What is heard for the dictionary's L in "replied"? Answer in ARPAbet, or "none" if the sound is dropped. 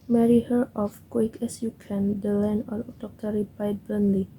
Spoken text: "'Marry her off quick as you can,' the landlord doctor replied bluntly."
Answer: none